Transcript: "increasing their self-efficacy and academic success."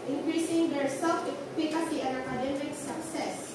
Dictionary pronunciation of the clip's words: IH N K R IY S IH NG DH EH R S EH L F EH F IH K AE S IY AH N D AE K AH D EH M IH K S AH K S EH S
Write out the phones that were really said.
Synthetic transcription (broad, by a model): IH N K R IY S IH NG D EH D S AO F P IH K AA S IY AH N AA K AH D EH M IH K S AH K S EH S